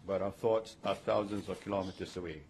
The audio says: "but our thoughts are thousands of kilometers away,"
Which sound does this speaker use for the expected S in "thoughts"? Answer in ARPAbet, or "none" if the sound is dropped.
S